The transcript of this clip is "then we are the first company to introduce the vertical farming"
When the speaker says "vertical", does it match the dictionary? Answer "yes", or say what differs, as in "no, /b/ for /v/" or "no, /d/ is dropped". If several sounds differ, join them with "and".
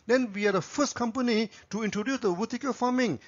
no, /w/ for /v/